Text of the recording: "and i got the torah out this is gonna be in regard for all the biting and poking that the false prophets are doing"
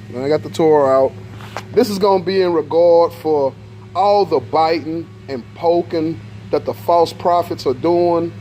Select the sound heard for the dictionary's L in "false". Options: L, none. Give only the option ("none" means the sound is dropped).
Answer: L